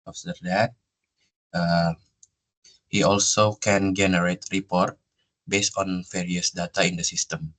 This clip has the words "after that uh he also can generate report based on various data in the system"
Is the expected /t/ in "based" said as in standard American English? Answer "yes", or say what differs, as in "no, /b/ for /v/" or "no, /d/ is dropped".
yes